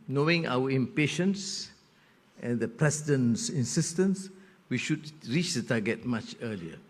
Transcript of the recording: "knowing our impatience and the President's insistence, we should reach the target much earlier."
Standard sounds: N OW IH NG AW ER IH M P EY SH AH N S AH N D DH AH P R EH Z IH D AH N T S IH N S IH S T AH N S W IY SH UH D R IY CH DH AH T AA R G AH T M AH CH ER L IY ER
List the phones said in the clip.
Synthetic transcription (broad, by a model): N OW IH NG AW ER IH M P EY SH AH N S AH N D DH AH P R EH S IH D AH N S IH N S IH S T AH N S W IY SH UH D R IY CH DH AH T AA G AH T M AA CH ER L IY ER